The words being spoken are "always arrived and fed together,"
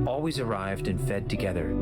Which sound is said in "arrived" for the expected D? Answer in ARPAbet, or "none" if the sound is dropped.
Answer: D